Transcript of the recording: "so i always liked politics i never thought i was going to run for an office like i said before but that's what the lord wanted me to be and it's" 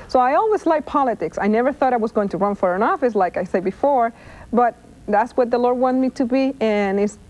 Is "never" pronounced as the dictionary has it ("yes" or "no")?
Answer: yes